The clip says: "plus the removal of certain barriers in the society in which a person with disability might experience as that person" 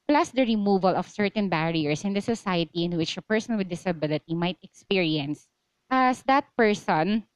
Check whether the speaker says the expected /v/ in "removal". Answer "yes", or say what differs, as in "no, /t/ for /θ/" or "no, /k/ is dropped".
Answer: yes